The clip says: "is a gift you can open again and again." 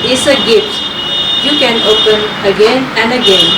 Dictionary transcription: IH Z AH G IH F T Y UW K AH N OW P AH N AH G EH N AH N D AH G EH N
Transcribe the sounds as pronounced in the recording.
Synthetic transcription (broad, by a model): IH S AH G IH T Y UW K AH N OW P AH N AH G EH N AH N D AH G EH N